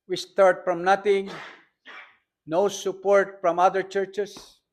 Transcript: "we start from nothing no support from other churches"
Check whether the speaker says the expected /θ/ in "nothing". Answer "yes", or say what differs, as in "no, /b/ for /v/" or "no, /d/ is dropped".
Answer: no, /t/ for /θ/